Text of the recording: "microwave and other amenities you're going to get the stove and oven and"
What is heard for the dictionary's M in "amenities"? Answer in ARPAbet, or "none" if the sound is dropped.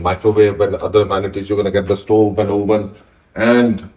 none